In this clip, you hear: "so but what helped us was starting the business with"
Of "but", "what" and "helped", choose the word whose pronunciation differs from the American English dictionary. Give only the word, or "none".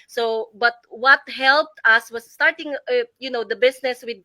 none